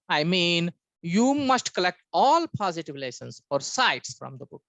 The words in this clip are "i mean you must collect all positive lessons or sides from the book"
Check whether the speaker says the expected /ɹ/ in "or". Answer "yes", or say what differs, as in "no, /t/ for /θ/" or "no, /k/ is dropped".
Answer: yes